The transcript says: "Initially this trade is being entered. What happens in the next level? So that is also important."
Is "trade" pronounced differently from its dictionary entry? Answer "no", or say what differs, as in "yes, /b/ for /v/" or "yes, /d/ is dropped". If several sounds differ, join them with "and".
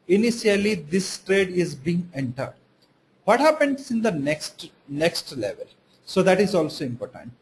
no